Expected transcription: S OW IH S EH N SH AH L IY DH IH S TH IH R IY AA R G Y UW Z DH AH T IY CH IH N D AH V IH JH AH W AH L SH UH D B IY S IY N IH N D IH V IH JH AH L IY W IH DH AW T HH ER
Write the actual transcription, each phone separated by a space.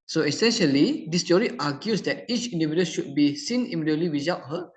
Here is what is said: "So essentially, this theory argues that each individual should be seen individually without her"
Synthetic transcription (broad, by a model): S OW IH S EH N SH AH L IY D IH S T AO R IY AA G Y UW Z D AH T IY CH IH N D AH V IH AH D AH SH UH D B IY S IY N N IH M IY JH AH L IY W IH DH AW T HH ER